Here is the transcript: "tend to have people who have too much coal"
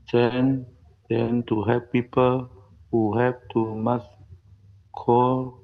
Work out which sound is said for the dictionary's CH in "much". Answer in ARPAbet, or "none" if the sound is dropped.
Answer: S